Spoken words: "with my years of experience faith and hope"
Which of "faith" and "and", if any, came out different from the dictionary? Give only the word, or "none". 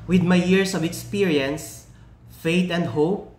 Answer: faith